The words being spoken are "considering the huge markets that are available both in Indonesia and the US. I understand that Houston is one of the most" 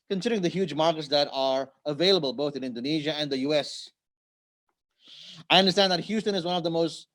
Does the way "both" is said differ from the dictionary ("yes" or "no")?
no